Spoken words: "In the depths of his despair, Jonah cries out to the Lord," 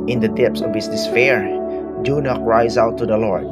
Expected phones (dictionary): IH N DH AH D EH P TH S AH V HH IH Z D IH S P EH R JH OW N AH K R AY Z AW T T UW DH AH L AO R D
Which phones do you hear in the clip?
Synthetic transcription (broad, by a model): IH N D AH D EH P S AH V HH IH S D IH S F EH R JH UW N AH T R AY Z AW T T UW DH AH L AO R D